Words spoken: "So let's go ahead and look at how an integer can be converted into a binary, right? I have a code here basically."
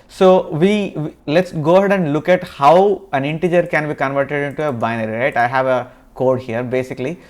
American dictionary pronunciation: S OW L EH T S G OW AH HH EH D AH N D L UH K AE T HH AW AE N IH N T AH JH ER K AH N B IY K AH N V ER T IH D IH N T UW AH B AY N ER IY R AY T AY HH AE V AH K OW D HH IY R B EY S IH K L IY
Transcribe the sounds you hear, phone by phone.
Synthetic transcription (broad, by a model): S OW L EH T S G OW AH HH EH D AH N D L UH K AE T HH AW AE N IH N T AH JH ER K AH N B IY K AH N V ER T IH D IH N T UW AH B AY N ER IY R AY T AY HH AE V AH K OW D HH IY R B EY S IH K L IY